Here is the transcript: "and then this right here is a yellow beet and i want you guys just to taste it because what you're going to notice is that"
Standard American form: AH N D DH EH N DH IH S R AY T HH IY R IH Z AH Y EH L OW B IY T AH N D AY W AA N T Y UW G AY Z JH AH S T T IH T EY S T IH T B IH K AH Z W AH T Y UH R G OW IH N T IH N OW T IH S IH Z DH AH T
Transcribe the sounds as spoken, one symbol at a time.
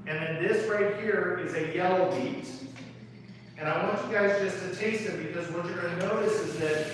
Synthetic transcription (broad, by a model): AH N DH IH N DH IH S R AY T HH IY R IH Z AH Y EH L OW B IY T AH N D AY W AA N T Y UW G AY Z JH AH S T T IH T EY S T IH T B IH K AH Z W AH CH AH R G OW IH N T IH N OW T IH S IH Z DH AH T